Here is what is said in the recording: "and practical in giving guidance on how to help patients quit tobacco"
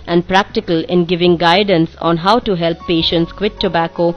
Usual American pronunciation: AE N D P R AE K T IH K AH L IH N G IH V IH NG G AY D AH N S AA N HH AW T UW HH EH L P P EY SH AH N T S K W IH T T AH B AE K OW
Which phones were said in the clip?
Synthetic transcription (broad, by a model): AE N D P R AE K T IH K AH L IH N G IH V IH NG G AY D AH N S AA N HH AW T UW HH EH L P P EY SH AH N T S K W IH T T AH B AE K OW